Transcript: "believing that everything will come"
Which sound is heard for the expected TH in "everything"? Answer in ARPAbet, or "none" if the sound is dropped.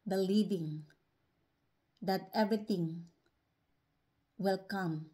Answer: T